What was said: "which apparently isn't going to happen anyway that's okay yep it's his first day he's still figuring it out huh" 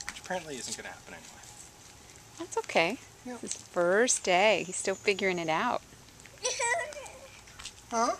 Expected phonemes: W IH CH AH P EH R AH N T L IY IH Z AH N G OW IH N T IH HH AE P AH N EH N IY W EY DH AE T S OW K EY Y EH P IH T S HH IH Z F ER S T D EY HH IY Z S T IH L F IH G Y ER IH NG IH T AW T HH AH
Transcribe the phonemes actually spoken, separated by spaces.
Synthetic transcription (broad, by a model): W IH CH P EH R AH N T L IY IH Z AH N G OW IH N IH HH AE P AH N EH N IY W EY DH AE T S OW K EY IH IH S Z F ER S D EY HH IY Z S T IH L F IH G Y ER IH NG IH T AW T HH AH